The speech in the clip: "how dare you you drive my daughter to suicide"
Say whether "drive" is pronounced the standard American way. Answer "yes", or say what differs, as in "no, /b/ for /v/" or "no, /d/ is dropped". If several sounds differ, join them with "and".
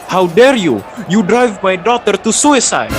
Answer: yes